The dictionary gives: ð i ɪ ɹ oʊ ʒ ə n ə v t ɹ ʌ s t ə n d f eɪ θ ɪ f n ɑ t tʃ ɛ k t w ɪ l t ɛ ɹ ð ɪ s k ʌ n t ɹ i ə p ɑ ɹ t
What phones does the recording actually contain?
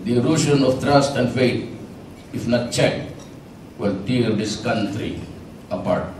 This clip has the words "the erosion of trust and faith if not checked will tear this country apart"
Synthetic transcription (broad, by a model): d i ɹ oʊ ʃ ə n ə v t ɹ ʌ s t ə n d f eɪ t ɪ f n ɑ t tʃ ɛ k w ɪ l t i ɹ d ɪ s k ʌ n t ɹ i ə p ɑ ɹ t